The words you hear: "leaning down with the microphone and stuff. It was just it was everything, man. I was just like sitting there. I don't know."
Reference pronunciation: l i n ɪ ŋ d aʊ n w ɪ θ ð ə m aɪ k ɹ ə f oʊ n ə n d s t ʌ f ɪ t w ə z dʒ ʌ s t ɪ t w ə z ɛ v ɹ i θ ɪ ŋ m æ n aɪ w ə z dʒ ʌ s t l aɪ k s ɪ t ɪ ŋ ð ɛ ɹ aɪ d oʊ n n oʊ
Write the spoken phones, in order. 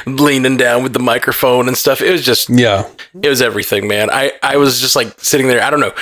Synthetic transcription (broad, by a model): l i n ɪ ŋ d aʊ n w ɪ ð ə m aɪ k ɹ ə f oʊ n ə n s t ʌ f ɪ t w ə z dʒ ʌ s t ɪ t w ə z ɛ v ɹ i θ ɪ ŋ m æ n aɪ w ə z dʒ ʌ s t l aɪ k s ɪ t ɪ ŋ ð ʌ ɹ aɪ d oʊ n n oʊ